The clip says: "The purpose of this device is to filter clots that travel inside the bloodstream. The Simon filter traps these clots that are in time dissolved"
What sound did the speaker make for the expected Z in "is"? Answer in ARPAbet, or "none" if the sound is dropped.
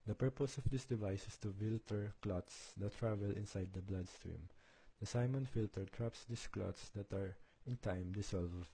S